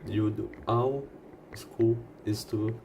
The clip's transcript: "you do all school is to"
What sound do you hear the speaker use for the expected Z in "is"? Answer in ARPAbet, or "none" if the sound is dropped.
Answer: S